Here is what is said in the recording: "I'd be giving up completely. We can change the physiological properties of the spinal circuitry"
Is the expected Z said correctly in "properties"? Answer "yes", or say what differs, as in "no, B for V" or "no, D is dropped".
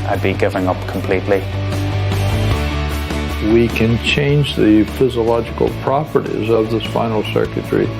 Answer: yes